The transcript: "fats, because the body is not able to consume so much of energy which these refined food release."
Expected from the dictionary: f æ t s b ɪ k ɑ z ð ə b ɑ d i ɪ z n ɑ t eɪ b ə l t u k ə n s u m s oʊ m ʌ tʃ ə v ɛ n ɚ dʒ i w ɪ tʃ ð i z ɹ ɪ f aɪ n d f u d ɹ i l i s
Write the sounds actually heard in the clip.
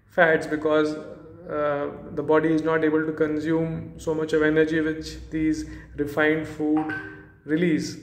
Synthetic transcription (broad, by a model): f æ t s b ɪ k ɑ z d ə b ɑ d i ɪ z n ɑ t eɪ b ə l t u k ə n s u m s oʊ m ʌ tʃ ə v ɛ n ɚ dʒ i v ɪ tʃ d i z ɹ ɪ f aɪ n d f u d ɹ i l i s